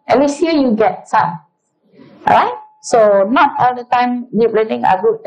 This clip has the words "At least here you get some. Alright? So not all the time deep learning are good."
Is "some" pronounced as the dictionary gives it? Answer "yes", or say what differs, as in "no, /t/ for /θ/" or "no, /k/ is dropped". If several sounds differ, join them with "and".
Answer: no, /m/ is dropped